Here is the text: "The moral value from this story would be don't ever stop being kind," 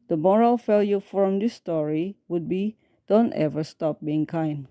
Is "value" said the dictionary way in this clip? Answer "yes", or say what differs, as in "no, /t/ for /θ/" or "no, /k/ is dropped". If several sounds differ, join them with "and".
no, /f/ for /v/